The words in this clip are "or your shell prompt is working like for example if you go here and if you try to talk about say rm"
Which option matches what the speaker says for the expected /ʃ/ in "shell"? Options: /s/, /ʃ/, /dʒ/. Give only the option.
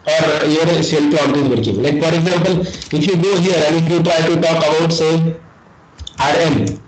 /s/